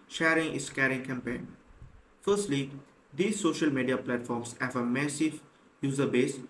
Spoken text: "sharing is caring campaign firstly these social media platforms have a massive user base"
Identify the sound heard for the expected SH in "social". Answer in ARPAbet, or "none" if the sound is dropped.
SH